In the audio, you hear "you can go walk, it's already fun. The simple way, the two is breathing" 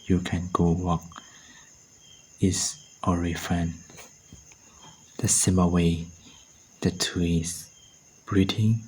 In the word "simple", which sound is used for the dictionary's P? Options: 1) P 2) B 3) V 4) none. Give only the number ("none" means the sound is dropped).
4